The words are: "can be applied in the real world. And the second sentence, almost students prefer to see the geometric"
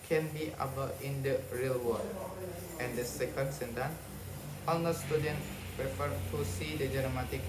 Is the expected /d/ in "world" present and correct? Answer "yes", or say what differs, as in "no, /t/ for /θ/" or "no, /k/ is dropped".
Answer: no, /d/ is dropped